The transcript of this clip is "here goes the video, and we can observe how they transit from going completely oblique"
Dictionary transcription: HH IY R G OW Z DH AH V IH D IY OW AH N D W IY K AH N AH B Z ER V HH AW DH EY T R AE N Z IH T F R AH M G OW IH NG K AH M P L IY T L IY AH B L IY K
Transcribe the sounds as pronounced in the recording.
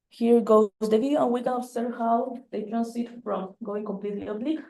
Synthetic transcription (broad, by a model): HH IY R G OW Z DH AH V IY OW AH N W IY K AH N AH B S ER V HH AW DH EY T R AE N S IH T F R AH M G OW IH NG K AH M P L IY T L IY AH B L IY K